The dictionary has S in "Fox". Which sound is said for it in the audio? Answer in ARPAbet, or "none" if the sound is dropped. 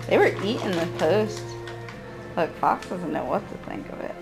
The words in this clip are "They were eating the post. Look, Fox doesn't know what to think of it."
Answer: S